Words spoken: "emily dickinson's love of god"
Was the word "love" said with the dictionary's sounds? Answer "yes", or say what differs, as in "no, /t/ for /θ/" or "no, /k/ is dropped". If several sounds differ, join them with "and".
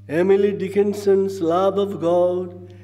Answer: no, /b/ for /v/